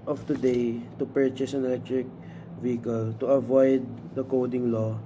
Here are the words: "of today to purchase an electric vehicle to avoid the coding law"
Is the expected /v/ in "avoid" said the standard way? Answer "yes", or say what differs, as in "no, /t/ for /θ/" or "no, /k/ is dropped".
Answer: yes